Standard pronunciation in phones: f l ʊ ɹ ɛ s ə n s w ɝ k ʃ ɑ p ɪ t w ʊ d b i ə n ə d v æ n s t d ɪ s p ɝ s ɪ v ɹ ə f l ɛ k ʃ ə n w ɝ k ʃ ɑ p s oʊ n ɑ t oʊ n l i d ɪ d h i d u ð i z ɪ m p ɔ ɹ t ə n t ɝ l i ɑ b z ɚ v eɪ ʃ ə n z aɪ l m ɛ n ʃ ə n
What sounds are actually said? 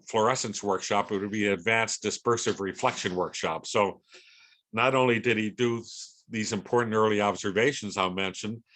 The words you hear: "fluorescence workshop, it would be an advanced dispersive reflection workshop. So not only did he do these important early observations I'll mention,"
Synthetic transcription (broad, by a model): f l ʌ ɹ ɛ s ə n s w ɝ k ʃ ɑ p ɪ t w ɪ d b i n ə d v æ n s d ɪ s p ɝ s ɪ v ɹ ə f l ɛ k ʃ ə n w ɝ k ʃ ɑ p s oʊ n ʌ t oʊ n l i d ɪ d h i d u ð i z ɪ m p ɔ ɹ t n t ɝ l i ɑ b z ɚ v eɪ ʃ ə n z aɪ m ɛ n ʃ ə n